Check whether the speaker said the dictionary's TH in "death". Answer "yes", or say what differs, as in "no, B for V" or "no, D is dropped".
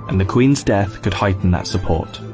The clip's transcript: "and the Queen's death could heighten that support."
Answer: yes